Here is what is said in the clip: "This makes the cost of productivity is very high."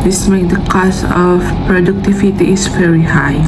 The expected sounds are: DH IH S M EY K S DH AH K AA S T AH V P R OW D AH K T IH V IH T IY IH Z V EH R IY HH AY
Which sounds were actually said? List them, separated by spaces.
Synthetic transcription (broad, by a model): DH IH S M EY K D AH K AA S T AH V P R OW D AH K T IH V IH T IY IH S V EH R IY HH AY